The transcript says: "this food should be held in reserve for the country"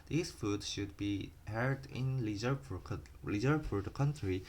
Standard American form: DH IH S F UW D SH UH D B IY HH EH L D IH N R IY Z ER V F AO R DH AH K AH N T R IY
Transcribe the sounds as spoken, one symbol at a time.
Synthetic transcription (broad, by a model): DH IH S F UW D SH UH D B IY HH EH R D IH N L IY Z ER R F AO R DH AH K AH N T R IY